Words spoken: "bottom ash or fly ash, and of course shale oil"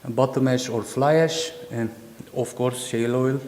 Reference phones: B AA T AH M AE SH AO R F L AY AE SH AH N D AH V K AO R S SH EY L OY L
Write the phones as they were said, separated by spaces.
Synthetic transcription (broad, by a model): B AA T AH M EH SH AO R F L AY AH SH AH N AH F K AO R S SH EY L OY L